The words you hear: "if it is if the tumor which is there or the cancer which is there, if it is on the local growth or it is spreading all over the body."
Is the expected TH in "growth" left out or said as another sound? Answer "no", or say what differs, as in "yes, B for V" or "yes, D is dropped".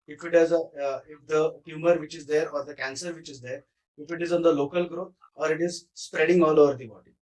yes, T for TH